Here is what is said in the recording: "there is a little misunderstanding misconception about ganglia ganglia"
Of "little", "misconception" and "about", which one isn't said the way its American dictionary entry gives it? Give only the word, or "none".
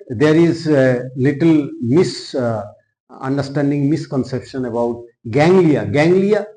none